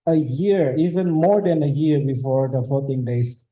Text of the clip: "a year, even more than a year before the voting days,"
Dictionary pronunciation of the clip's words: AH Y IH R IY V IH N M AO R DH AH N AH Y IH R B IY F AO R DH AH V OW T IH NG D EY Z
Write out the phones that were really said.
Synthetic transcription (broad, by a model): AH Y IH R IY V IH N M AO R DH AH N AH Y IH R B IY F AO R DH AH F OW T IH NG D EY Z